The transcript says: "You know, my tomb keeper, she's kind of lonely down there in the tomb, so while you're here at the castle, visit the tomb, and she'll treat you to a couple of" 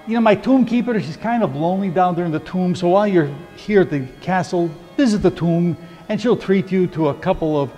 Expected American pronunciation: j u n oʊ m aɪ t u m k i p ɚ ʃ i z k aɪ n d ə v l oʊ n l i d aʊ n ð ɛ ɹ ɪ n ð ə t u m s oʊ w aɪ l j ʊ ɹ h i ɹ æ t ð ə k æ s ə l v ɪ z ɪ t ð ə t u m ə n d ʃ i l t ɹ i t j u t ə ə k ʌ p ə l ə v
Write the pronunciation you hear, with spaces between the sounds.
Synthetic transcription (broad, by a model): j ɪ n oʊ m aɪ t u m k i p ɚ ʃ i z k aɪ n d ə v l oʊ n l i d aʊ n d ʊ ɹ ɪ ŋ ð ə t u m s oʊ w aɪ l j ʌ ɹ h i ɹ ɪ t ð ə k æ s l v ɪ z ɪ t ð ə t u m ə n ʃ i l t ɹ i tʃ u t ə ə k ʌ p l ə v